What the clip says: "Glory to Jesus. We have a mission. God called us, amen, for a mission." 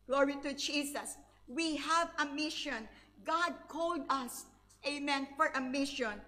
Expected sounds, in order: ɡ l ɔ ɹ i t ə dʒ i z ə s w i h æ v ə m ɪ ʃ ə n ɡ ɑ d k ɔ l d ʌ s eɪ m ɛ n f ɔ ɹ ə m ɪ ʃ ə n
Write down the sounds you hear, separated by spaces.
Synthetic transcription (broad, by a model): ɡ l ɔ ɹ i t ə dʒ i s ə s w i h æ v ə m ɪ ʃ ə n ɡ ɑ d k ɔ l d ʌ s eɪ m ɛ n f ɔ ɹ ə m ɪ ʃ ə n